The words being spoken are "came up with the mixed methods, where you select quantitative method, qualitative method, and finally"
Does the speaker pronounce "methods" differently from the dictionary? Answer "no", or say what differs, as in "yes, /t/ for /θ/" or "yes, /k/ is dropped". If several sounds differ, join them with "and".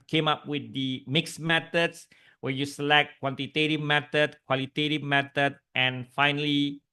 yes, /t/ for /θ/ and /s/ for /z/